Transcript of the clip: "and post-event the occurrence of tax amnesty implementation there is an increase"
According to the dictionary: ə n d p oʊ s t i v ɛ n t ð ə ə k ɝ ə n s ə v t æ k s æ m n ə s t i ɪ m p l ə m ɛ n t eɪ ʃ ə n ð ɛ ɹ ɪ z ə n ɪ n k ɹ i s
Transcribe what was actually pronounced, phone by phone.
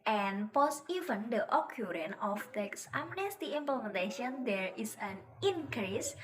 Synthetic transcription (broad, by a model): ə n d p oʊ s i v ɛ n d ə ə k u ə n ə f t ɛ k s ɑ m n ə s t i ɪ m p l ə m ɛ n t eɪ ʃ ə n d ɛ ɹ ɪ s ə n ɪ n k ɹ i s